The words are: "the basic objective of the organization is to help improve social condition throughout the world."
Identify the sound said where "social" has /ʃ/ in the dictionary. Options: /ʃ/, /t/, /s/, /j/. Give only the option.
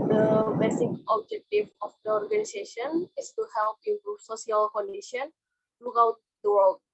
/s/